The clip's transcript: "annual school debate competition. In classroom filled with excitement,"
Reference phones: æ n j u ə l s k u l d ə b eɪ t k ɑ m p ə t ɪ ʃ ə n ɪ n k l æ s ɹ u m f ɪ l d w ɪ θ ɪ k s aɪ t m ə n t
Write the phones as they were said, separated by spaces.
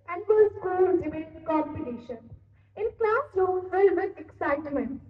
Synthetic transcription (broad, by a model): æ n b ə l s k u l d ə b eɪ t k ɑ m p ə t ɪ ʃ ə n ɪ n k l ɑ s l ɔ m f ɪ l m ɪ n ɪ k s aɪ t m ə n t